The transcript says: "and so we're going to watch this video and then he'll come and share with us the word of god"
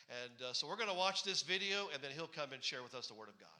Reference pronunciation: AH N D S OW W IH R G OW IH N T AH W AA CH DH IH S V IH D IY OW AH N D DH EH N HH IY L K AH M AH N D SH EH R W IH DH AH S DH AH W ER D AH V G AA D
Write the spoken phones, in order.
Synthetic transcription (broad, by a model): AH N S OW W IH R G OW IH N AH W AA CH DH IH S V IH D IY OW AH N DH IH N HH IY L K AH M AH N SH EH R W IH DH AH S DH AH W ER D AH V G AA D